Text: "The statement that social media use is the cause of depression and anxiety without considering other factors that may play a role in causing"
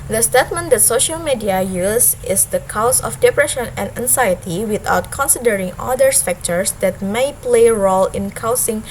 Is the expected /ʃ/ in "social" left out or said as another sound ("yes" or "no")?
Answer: no